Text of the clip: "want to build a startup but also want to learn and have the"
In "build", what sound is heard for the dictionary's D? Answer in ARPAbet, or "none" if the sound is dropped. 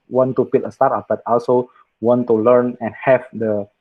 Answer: none